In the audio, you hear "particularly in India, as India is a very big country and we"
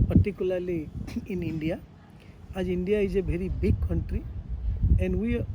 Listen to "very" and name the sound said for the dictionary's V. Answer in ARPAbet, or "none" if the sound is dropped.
B